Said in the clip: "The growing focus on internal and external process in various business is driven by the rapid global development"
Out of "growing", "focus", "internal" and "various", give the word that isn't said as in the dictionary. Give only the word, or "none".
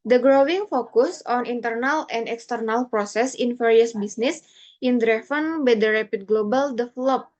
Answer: various